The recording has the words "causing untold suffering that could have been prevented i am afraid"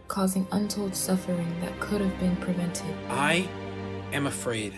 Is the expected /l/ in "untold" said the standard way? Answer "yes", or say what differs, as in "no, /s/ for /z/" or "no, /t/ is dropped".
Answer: yes